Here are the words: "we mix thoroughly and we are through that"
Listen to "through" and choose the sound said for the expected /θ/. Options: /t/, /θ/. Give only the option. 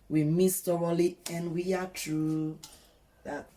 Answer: /t/